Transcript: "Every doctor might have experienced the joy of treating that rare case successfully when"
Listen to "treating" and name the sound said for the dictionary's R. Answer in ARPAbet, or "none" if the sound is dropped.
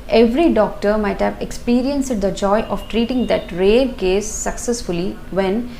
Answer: R